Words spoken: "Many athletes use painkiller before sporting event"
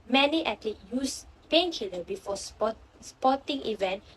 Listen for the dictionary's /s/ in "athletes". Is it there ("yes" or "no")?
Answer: no